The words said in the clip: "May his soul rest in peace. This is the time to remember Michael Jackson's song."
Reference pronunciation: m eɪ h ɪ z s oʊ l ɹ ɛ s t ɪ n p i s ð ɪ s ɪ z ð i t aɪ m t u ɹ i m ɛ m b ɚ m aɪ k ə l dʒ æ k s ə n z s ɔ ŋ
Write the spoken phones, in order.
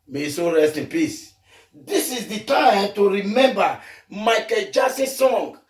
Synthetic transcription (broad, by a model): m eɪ s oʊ ɹ ɛ s t ɪ n p i s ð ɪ s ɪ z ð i t aɪ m t u ɹ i m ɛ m b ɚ m aɪ k ə l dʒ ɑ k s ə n s ɔ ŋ